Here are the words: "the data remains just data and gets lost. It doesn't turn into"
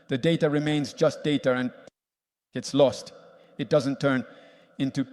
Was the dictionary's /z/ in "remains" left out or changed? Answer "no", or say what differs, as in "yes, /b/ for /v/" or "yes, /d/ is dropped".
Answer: no